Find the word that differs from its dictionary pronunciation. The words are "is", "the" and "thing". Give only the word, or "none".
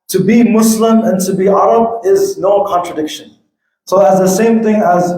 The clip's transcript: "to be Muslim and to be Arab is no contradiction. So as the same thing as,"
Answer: none